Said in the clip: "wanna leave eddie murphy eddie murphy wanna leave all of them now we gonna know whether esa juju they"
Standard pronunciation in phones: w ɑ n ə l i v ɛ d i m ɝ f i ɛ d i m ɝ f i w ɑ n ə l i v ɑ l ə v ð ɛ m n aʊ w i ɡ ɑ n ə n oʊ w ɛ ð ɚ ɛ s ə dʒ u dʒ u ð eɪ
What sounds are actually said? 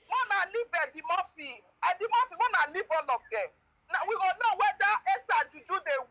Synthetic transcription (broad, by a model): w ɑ n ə l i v ɛ d i m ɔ f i ɛ d i m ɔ f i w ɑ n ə l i b ɑ l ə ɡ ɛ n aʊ w i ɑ l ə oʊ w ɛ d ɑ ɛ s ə dʒ u dʒ u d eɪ